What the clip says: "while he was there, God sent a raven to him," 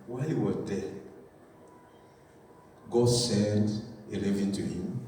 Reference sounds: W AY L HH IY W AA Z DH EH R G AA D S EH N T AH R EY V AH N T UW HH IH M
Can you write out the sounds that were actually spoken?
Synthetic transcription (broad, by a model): W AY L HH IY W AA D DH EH G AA S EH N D AH L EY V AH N T UW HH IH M